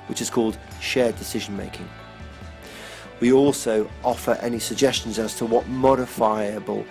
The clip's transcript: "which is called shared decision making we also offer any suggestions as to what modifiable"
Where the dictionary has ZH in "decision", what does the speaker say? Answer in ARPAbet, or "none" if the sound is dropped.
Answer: ZH